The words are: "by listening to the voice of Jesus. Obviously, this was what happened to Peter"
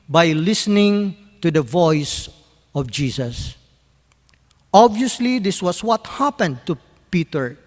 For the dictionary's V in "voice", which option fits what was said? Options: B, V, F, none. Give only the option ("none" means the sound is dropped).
V